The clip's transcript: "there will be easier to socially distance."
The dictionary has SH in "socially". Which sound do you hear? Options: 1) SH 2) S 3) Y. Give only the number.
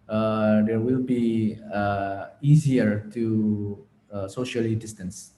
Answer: 1